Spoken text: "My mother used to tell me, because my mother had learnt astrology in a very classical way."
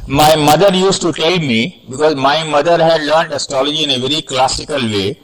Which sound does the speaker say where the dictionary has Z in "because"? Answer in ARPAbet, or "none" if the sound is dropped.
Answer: Z